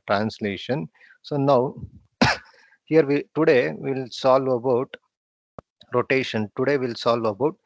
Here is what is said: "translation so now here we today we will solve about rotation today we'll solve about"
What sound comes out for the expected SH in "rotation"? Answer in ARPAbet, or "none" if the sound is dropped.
SH